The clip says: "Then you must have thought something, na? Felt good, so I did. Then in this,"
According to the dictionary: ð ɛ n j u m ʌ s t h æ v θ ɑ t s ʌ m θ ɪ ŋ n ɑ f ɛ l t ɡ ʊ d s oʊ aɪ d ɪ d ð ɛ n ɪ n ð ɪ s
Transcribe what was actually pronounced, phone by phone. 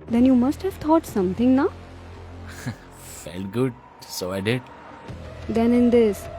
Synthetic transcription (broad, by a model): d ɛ n j u m ʌ s t h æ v t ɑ t s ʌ m t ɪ ŋ n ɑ f ɛ l t ɡ ʊ d s oʊ aɪ d ɪ d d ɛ n ɪ n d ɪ s